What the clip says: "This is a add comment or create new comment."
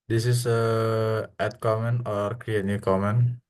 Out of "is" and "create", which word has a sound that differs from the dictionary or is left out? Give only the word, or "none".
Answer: is